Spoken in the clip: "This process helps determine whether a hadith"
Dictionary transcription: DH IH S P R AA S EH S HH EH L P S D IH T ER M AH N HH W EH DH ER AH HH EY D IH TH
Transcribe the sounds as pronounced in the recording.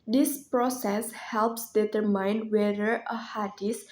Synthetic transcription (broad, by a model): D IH S P R AA S EH S HH EH L P S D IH T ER M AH N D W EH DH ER AH HH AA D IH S